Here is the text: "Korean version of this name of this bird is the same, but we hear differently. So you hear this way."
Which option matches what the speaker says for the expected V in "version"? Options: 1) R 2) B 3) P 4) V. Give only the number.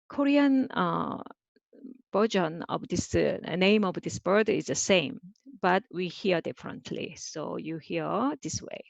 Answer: 2